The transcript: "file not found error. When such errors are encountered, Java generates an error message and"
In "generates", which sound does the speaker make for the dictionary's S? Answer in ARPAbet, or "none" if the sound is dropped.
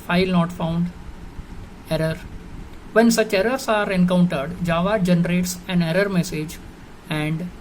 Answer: S